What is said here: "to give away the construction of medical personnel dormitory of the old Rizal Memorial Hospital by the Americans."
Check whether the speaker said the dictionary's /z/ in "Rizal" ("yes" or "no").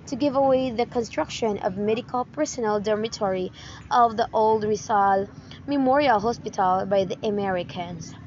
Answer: no